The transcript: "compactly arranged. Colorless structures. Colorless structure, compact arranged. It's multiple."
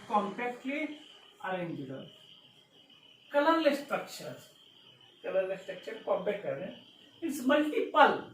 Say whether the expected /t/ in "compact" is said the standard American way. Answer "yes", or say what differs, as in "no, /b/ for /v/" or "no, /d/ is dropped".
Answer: no, /t/ is dropped